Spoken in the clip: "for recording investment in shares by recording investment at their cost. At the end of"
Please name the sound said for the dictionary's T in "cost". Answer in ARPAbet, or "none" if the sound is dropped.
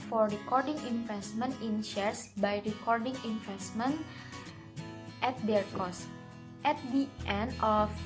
T